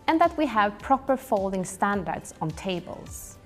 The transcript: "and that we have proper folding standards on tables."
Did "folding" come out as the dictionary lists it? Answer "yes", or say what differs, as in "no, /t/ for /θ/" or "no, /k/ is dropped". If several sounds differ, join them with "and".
yes